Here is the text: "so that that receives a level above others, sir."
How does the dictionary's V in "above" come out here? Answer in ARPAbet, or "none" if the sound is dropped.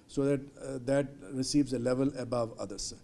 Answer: V